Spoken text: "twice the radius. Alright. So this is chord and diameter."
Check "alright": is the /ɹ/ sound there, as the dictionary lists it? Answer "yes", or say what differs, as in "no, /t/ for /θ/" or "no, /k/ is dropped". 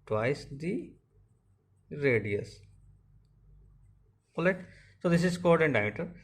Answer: no, /ɹ/ is dropped